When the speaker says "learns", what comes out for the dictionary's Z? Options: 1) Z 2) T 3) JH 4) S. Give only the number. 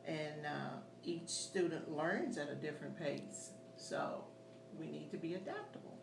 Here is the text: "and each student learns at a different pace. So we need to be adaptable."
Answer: 1